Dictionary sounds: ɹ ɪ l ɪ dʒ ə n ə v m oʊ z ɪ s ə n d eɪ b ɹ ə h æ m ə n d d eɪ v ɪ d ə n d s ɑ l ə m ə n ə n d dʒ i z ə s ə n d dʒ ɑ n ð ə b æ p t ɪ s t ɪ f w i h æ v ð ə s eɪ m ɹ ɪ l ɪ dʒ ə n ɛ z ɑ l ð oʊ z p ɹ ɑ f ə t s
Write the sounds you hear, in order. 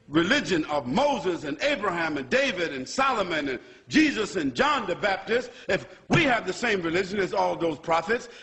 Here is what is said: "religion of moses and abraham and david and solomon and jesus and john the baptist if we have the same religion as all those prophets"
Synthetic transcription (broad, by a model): ɹ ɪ l ɪ dʒ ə n ə v m oʊ z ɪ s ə n eɪ b ɹ ə h æ m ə n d d eɪ v ɪ d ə n s ɑ l ə m ə n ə n dʒ i z ə s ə n dʒ ɑ n ð ə b æ p t ɪ s t ɪ f w i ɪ v ð ə s eɪ m ɹ ɪ l ɪ dʒ ə n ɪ z ɑ l ð oʊ z p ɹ ɑ f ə t s